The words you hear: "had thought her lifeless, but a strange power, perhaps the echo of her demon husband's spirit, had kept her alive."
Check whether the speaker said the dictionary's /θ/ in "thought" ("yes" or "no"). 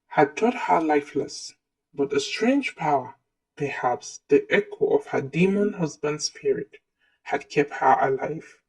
no